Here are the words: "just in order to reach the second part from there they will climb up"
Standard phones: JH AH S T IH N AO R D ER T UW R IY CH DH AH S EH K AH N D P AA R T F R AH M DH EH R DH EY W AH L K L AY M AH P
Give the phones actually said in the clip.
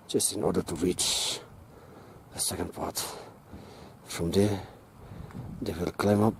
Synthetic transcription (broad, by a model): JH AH S T IH N AO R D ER T UW R IY CH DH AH S EH K AH N D P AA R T F R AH M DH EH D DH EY W AH L K L AY M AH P